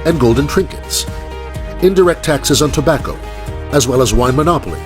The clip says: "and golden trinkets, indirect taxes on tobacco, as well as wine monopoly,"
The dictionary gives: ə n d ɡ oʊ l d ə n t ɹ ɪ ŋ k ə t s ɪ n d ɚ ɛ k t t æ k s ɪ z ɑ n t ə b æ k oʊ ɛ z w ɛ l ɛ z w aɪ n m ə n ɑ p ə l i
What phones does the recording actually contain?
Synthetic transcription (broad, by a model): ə n ɡ oʊ l d n t ɹ ɪ ŋ k ə t s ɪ n d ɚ ɛ k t t æ k s ɪ z n t ə b æ k oʊ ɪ z w ɛ l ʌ z w aɪ n m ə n ɑ p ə l i